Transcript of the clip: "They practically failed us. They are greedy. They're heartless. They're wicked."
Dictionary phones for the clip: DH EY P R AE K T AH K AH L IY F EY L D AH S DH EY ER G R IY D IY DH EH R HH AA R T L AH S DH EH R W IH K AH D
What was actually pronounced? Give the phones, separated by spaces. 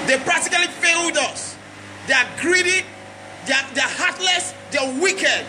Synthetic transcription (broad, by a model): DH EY P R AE K T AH K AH L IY F EY L D AH S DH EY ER G R IY D IY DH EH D HH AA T L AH S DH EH W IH K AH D